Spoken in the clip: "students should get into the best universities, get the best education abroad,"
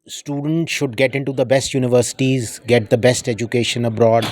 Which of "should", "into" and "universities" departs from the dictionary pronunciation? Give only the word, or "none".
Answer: none